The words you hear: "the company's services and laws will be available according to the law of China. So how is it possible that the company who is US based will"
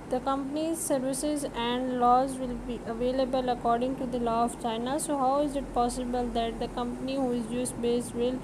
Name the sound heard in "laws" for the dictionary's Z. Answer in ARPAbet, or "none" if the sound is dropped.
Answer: Z